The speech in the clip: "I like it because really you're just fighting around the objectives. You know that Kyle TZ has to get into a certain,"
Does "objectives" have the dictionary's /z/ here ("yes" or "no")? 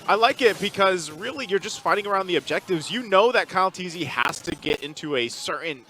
yes